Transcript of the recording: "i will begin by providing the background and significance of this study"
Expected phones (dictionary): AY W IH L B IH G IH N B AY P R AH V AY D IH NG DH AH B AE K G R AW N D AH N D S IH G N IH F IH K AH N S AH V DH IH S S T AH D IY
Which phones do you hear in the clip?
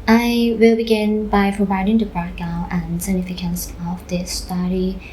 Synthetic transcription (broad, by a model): AY W IH L B IH G IH N B AY P R AH V AY D IH NG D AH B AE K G AW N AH N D S IH G N IH F IH K AH N S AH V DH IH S S T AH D IY